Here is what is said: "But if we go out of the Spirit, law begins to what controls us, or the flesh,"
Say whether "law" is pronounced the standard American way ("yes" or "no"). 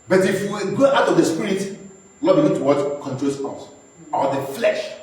no